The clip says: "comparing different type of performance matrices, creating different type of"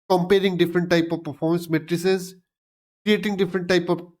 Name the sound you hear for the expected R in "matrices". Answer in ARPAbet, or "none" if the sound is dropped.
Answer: R